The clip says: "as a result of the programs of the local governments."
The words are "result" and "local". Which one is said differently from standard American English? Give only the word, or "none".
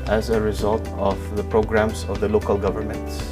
none